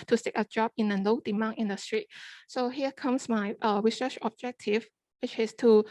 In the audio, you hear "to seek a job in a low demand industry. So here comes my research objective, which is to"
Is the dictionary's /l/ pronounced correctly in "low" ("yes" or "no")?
no